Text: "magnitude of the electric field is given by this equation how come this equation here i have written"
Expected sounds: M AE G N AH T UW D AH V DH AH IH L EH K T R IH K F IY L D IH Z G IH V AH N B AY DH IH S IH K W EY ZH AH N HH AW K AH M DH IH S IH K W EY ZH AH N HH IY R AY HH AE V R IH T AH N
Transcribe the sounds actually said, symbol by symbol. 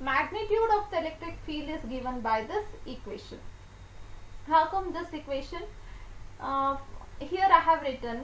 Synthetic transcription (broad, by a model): M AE G N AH T UW D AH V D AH IH L EH K T R IH K F IY L IH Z G IH V AH N B AY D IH S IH K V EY SH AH N HH AW K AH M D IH S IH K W EY SH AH N HH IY R AY HH AE V R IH T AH N